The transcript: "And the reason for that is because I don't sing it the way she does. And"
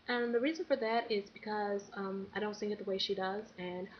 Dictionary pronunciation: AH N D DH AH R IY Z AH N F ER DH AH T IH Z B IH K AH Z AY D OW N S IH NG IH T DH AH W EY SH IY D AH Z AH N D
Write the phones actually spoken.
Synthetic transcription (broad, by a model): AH N DH AH R IY Z AH N F ER DH AH T IH Z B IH K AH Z AY D OW N TH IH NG IH T DH AH W EY SH IY D AH Z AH N